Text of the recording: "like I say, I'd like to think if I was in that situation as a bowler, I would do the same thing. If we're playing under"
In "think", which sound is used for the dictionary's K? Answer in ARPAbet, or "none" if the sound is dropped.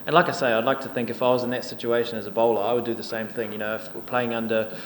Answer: K